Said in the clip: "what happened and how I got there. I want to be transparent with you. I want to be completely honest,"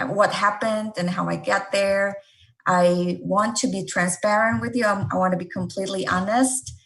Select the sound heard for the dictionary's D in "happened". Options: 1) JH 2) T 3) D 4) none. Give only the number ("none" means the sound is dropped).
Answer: 3